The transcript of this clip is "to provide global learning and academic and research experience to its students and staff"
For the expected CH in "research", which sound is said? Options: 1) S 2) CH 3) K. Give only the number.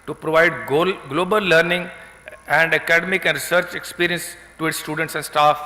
2